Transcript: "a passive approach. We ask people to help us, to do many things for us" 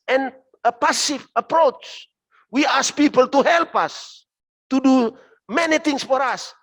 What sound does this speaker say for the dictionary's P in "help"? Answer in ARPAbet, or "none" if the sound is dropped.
P